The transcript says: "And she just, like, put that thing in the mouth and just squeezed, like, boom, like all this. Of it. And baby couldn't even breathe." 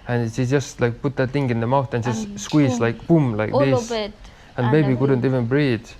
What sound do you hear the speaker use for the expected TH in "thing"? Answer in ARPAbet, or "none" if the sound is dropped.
T